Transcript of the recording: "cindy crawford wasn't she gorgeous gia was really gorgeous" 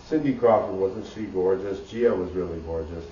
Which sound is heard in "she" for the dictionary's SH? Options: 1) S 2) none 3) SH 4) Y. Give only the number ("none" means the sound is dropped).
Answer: 1